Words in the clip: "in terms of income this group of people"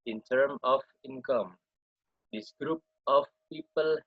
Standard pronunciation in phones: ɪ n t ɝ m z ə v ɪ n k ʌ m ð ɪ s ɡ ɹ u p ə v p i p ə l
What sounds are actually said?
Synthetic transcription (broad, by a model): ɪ n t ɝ m ə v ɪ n k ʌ m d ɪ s ɡ ɹ u p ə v p i p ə l